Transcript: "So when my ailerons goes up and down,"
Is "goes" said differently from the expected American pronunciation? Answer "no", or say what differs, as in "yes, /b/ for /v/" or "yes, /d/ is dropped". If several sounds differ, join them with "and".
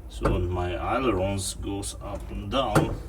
yes, /s/ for /z/